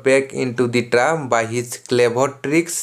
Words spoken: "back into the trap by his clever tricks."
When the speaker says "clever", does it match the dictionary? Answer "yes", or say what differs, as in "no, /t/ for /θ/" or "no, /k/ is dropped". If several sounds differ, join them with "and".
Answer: no, /b/ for /v/